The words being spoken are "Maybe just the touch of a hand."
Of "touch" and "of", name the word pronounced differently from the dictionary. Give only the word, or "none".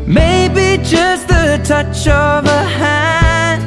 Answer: none